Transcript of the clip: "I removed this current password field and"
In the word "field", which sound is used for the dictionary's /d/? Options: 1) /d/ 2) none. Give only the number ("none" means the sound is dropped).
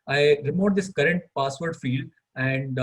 1